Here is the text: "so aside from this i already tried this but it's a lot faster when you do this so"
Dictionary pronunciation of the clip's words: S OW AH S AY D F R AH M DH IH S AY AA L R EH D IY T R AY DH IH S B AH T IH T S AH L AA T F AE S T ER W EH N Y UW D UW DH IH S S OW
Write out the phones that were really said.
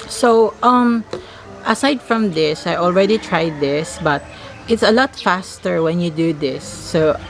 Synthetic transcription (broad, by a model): S OW AH S AY D F R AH M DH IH S AY AA L R EH D IY T R AY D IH S B AH T IH T S AH L AA T F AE S T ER W EH N Y UW D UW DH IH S S OW